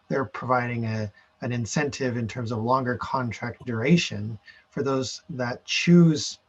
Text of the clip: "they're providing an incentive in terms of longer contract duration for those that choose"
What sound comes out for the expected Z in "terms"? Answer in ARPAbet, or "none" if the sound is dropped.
Z